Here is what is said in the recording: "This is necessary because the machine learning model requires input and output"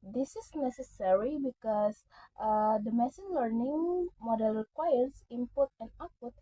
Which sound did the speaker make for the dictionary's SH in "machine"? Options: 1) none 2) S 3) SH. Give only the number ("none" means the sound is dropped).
2